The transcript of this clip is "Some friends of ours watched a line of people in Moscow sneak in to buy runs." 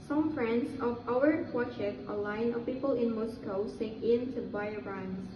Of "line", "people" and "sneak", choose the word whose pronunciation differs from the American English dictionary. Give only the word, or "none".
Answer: sneak